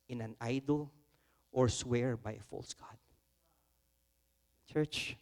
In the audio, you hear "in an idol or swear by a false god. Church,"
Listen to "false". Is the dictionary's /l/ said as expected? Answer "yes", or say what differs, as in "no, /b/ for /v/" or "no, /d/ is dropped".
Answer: yes